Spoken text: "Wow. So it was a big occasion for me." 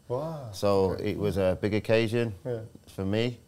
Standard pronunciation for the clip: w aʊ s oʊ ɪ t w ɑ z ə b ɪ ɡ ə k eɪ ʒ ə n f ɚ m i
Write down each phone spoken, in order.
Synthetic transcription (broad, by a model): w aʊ s oʊ ɪ t w ɑ z ə b ɪ ɡ ə k eɪ ʒ ə n f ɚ m i